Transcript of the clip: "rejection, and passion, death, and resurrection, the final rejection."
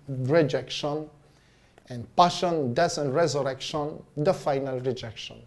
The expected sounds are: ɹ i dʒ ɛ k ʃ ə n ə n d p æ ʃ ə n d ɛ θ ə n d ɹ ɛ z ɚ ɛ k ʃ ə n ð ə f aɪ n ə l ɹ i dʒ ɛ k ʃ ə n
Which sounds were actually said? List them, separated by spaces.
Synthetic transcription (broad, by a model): ɹ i dʒ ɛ k ʃ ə n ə n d p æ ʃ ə n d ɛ s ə n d ɹ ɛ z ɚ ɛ k ʃ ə n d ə f aɪ n ə l ɹ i dʒ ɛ k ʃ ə n